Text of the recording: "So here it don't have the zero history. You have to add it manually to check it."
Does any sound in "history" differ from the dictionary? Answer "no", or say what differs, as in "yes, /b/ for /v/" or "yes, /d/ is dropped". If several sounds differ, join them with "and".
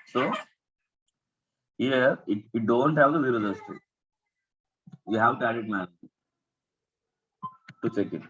yes, /ɹ/ is dropped